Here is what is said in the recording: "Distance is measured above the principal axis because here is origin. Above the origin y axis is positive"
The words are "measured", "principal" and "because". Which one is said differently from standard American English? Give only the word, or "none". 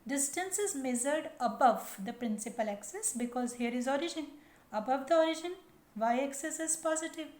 measured